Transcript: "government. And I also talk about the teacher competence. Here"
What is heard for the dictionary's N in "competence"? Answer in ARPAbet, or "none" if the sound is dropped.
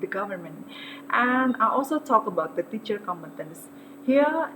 N